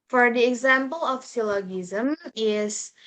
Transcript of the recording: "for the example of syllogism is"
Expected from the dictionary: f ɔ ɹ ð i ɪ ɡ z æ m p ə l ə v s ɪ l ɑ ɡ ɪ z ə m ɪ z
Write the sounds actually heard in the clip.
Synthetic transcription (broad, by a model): f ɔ ɹ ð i ɪ ɡ z æ m p ə l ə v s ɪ l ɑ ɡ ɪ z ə m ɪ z